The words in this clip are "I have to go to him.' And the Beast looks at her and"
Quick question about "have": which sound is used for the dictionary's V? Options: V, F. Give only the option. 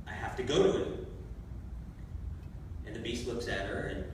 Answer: F